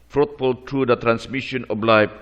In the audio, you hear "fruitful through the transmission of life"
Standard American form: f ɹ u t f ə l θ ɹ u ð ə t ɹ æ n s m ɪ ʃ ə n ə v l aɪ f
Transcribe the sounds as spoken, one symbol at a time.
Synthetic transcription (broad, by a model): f ɹ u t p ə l t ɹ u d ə t ɹ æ n s m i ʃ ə n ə b l aɪ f